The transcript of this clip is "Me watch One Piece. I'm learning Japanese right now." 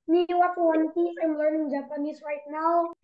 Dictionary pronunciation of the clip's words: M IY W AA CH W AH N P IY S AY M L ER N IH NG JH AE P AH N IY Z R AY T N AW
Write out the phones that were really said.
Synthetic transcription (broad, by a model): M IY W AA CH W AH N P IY AY M L ER N IH NG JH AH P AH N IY S R AY T N AW